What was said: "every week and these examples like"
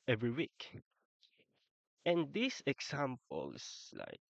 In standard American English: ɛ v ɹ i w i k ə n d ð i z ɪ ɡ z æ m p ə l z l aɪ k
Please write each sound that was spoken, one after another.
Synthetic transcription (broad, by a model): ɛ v ɹ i w i k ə n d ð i s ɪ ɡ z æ m p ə l s l aɪ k